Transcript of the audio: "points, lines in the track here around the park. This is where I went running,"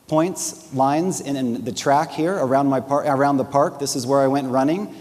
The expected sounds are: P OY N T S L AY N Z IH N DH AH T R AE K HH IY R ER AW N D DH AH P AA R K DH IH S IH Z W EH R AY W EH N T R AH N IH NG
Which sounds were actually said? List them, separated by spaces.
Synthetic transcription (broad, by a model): P OY N T S L AY N Z IH N DH AH T R AE K HH IY R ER AW N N DH AH P AA R K DH IH S IH Z W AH R AY W EH N T R AH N IH NG